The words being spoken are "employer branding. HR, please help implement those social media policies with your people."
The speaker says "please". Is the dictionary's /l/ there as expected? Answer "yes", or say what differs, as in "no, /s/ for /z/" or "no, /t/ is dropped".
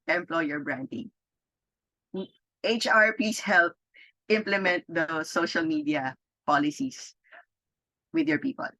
no, /l/ is dropped